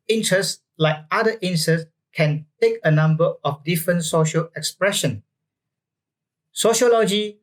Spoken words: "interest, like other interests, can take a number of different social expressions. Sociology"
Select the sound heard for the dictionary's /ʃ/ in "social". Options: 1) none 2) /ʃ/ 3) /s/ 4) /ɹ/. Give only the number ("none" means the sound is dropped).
2